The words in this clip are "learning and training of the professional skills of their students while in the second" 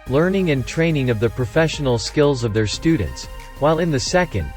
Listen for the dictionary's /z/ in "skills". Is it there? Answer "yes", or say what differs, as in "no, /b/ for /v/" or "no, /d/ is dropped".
yes